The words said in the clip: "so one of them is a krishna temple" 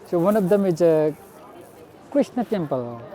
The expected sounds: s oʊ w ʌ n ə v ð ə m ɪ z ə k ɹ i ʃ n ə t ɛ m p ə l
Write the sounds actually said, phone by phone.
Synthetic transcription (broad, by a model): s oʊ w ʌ n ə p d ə m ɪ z ə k i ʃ n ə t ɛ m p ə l